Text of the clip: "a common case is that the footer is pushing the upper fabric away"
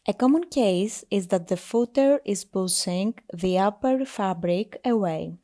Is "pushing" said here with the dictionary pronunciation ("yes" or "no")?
no